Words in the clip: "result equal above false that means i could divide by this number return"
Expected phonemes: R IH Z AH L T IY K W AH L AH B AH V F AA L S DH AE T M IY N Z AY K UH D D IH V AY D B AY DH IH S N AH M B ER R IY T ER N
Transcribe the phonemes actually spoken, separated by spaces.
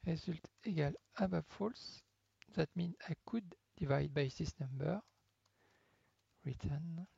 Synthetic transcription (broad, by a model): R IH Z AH L T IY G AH L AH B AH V F AA L S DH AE T M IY N AY K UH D D IH V AY D B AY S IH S N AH M B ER R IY T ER N